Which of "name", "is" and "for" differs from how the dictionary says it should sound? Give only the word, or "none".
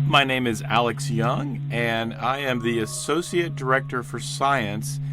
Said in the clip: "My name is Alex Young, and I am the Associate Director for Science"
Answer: none